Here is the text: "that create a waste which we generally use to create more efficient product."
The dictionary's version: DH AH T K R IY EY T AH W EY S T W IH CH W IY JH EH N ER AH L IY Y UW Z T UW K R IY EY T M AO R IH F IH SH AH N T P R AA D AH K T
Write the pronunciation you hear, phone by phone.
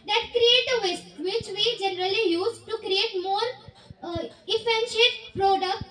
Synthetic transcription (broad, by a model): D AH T K R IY EY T AH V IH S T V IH CH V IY JH EH N ER AH L IY Y UW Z T UW K R IY EY T M AO R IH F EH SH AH T P R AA D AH K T